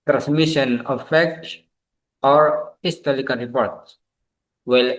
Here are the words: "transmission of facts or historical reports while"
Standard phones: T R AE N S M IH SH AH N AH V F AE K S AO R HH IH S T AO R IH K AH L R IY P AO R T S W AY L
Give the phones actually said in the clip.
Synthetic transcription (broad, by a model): T R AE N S M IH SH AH N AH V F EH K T AO R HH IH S T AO L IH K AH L R IY P AO R T S W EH L